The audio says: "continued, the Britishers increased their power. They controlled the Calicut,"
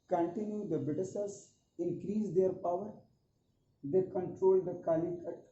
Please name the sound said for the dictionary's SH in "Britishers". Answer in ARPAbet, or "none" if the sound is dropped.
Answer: S